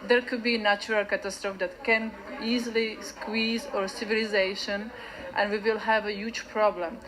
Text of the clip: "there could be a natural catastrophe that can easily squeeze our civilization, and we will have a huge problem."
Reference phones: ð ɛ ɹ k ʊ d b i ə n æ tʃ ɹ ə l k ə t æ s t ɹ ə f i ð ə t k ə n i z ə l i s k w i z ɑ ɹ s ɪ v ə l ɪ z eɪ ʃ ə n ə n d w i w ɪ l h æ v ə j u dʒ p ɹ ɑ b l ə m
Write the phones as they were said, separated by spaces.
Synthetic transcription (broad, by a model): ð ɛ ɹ k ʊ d b i n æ tʃ ɹ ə l k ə t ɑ s t ɹ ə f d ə t k ə n i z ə l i s k w i z ɑ ɹ s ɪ v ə l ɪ z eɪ ʃ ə n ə n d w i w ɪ l h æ v ə j u dʒ p ɹ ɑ b l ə m